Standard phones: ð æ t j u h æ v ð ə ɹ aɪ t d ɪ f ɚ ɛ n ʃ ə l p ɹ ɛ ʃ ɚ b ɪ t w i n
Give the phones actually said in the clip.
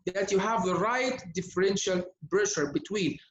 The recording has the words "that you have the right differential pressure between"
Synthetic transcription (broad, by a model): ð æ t j u h æ v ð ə ɹ aɪ t d ɪ f ɚ ɛ n ʃ ə l b ɹ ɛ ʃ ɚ b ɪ t w i n